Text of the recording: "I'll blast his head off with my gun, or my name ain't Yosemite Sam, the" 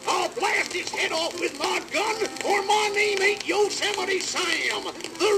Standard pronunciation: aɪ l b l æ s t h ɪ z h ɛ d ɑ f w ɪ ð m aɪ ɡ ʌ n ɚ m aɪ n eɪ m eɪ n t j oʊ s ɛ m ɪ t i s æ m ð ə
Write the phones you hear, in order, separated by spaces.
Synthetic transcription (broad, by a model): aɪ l b l æ s t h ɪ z h ɛ d ɑ f w ɪ ð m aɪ ɡ ʌ n ɚ m aɪ n eɪ m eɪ t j oʊ s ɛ m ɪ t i s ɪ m ð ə